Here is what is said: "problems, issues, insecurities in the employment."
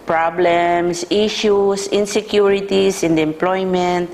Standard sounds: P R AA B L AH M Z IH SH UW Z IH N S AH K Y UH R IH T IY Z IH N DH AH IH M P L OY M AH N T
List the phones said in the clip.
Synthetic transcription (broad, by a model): P R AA B L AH M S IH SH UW S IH N S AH K Y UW R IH T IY S IH N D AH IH M P L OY M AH N T